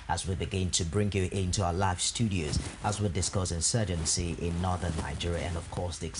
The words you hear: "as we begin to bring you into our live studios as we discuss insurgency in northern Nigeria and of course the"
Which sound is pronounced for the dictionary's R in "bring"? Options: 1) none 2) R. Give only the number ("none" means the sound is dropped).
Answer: 2